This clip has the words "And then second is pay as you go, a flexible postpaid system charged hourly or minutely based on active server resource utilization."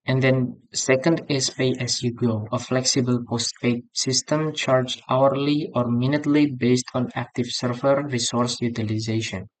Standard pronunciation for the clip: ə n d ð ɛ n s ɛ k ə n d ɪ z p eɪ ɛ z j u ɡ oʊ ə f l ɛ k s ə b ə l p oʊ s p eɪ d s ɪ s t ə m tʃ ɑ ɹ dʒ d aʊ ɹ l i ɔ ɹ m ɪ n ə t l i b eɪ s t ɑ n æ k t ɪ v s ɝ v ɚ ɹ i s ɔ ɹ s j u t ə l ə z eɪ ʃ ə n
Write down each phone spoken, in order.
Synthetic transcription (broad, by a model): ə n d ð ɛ n s ɛ k ə n d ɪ s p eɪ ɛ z j u ɡ oʊ ə f l ɛ k s ə b ə l p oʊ s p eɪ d s ɪ s t ə m tʃ ɑ ɹ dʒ aʊ ɹ l i ɔ ɹ m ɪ n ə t l i b eɪ s t ɑ n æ k t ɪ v s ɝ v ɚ ɹ i s ɔ ɹ s j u t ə l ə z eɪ ʃ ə n